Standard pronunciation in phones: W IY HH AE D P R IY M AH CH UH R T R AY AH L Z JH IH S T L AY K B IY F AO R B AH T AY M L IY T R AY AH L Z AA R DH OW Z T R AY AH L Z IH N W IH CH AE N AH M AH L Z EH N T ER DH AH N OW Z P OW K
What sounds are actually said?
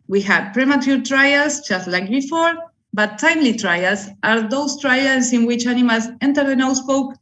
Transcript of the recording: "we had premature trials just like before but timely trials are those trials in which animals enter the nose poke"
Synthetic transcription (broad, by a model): W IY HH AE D P R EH M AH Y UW R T R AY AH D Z JH IH S T L AY K B IY F AO R B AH T AY M L IY T R AY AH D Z AA R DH OW S T R AY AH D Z IH N W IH CH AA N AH M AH L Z EH N T ER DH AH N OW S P OW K